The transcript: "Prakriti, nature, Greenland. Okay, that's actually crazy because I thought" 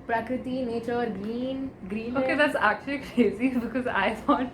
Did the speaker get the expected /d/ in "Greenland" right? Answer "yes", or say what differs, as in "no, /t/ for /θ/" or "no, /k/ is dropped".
no, /d/ is dropped